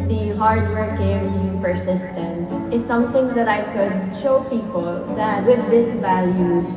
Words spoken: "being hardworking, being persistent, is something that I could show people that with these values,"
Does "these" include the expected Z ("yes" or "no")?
no